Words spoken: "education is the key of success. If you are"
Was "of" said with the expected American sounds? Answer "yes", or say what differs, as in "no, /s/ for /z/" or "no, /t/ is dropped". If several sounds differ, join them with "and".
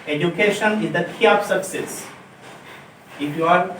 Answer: no, /p/ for /v/